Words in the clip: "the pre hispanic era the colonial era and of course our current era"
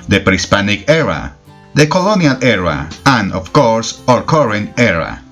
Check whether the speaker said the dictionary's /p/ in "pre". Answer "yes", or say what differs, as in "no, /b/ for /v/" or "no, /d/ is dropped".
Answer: yes